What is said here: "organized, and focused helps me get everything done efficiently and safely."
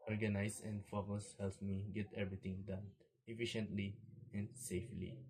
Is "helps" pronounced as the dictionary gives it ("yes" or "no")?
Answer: no